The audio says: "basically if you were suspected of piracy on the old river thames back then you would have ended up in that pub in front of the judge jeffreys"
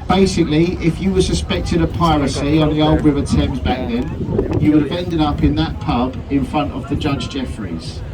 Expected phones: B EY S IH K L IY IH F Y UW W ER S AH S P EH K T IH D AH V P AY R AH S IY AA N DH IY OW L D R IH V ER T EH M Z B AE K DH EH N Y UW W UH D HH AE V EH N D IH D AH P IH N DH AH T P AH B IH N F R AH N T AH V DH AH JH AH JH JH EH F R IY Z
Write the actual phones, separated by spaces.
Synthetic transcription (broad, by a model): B EY S IH K L IY IH F Y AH W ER S AH S P EH K T IH D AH P AY R AH S IY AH N DH IY OW L D R IH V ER T EH M Z B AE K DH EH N Y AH W UH D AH V EH N D IH D AH P IH N DH AH T P AH B IH N F R AH N T AH V DH AH JH AH JH JH EH F R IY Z